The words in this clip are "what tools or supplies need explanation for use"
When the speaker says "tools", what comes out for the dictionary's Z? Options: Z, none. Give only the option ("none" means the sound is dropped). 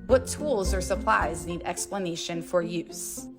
Z